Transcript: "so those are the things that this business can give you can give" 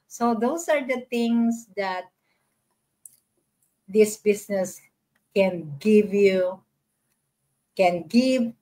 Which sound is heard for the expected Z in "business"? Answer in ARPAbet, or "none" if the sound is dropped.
S